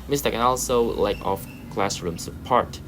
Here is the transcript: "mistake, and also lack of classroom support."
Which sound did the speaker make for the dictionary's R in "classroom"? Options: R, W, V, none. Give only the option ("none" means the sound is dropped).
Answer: R